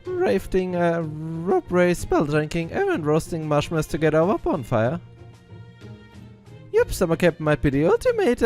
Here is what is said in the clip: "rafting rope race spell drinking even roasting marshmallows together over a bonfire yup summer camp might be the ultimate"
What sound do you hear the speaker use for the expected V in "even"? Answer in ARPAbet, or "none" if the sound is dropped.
none